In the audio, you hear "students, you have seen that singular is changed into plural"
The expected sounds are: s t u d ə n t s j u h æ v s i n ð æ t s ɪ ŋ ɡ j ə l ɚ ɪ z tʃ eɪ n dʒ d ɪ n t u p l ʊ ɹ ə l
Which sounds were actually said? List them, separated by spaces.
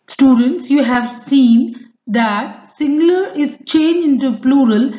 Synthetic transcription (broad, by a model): s t u d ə n t s j u h æ v s i n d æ t s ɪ ŋ ɡ l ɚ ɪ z tʃ eɪ n dʒ ɪ n t u p l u ɹ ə l